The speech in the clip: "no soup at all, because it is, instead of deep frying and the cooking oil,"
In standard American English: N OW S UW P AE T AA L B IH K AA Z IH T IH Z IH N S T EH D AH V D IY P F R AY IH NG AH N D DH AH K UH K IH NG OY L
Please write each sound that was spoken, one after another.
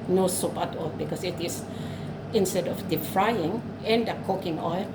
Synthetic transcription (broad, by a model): N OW S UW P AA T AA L B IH K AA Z IH T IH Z IH N S T EH D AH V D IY F R AY IH NG AH N D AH K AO K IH NG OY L